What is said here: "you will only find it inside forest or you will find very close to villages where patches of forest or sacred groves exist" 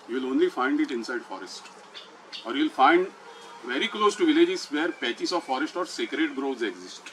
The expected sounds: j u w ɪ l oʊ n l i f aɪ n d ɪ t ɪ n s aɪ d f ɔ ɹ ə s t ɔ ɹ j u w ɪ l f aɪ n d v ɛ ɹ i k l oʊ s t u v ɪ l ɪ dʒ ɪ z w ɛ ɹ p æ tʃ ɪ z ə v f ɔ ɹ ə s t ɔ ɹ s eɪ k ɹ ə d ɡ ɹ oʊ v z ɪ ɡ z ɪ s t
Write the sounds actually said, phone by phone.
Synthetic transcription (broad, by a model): j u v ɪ l oʊ n l i f aɪ n d ɪ t ɪ n s aɪ d f ɔ ɹ ə s t ɔ ɹ j u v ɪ l f aɪ n d v ɛ ɹ i k l oʊ s t u v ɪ l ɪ dʒ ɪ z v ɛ ɹ p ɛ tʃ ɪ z ə v f ɔ ɹ ə s t ɔ ɹ s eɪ k ɹ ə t ɡ ɹ oʊ z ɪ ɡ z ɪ s t